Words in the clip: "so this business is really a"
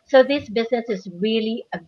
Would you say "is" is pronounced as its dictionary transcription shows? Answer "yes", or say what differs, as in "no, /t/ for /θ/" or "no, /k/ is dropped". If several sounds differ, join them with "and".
yes